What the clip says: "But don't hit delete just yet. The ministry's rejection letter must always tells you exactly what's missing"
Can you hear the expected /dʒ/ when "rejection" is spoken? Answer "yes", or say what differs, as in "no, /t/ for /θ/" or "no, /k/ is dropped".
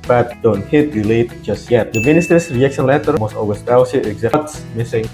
no, /dʒ/ is dropped